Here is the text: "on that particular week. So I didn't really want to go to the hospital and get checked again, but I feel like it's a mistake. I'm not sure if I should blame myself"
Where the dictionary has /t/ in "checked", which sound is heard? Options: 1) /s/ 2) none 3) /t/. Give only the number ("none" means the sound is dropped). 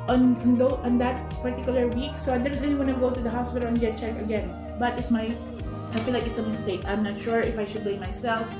2